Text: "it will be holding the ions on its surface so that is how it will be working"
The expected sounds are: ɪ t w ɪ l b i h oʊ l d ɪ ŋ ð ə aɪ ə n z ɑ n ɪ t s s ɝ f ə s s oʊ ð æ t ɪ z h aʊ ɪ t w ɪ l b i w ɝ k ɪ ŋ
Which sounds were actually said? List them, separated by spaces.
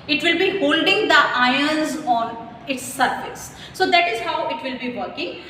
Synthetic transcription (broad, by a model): ɪ t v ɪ l b i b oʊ l d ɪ ŋ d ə aɪ ə n z ɑ n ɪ t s s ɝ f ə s s oʊ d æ t ɪ z h aʊ ɪ t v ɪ l b i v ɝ k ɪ ŋ